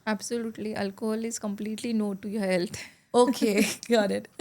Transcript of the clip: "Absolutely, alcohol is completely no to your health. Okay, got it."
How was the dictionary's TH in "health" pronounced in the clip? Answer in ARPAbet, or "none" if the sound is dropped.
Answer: T